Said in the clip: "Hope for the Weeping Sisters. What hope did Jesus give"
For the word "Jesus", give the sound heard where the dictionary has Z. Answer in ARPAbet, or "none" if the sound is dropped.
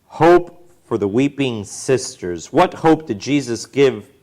Z